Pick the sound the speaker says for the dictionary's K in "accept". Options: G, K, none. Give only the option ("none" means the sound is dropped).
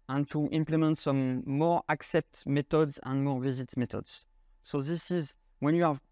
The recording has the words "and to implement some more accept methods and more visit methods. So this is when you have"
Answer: K